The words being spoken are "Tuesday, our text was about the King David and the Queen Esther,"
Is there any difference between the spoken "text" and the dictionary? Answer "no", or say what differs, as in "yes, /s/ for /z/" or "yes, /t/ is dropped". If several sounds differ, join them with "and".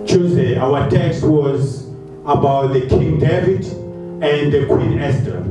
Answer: no